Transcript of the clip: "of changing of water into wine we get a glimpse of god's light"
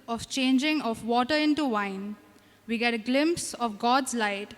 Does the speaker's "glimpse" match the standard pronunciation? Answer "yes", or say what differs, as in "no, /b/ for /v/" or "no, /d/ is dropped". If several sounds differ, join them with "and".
yes